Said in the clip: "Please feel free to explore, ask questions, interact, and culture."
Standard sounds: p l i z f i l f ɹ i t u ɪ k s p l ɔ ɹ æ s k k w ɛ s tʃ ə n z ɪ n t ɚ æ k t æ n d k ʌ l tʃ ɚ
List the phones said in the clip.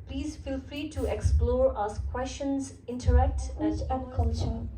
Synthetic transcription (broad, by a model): p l i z f i l f ɹ i t u ɪ k s p l ɔ ɹ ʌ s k k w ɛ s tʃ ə n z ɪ n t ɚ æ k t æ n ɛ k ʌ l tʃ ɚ